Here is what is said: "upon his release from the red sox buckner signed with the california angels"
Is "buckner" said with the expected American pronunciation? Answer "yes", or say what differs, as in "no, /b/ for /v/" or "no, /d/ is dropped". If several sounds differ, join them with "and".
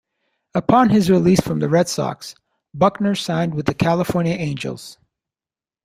yes